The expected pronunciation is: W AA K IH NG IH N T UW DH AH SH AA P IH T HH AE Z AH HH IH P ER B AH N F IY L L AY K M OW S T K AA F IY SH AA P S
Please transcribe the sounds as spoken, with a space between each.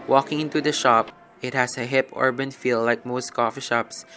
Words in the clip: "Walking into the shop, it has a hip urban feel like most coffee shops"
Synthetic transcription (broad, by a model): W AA K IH NG IH N T UW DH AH SH AA P IH T HH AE S AH HH IH P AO B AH N F IY L L AY K M OW S T K AA F IY SH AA P S